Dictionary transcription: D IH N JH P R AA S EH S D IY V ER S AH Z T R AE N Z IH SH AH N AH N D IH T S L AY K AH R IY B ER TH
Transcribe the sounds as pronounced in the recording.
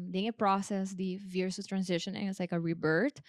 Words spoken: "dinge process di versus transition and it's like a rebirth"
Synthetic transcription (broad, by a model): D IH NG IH P R AA S EH S D IY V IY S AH T R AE N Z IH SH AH N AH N IH T S L AY K AH R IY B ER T